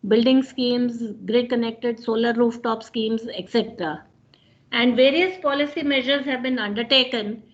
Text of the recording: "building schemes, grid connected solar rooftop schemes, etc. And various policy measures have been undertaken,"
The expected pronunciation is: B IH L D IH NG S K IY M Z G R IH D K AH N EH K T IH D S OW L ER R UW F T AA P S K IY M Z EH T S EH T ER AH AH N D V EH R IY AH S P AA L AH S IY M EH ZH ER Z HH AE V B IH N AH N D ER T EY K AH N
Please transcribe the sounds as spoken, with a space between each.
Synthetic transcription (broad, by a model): B IH L D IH NG S K IY M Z G R IH D K AH N EH K T IH D S OW L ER R UW F T AA P S K IY M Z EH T S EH T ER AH AH N D V EH R IY AH S P AA L AH S IY M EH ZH ER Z HH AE V B IH N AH N D ER T EY K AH N